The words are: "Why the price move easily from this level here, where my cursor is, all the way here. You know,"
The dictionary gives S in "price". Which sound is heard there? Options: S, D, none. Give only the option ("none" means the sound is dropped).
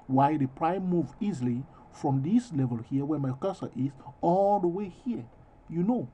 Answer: none